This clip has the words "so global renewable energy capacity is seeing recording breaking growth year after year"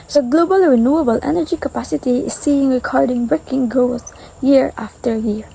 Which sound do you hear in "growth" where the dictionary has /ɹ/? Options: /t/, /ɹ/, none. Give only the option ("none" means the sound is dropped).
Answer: none